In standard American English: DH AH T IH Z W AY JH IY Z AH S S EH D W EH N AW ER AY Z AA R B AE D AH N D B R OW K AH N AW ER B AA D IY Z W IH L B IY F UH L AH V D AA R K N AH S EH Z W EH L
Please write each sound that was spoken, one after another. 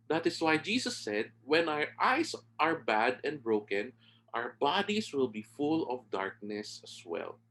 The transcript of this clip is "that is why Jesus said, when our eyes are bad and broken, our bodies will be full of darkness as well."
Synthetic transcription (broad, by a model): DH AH T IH S W AY JH IY S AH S S EH D W EH N AW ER AY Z AA R B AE D AH N D B R OW K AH N AW ER B AA D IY S W IH L B IY F UH L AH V D AA R K N AH S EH S W EH L